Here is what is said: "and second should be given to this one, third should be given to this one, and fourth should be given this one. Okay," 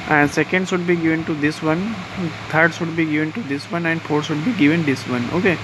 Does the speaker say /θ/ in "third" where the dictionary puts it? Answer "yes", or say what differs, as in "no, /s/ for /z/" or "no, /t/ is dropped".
no, /t/ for /θ/